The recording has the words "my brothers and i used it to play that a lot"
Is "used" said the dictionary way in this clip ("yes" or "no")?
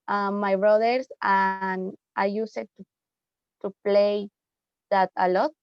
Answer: no